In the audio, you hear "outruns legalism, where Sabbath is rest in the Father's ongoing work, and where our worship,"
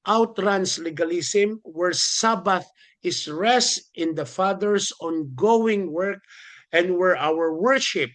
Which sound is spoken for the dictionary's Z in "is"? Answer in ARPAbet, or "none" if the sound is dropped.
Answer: S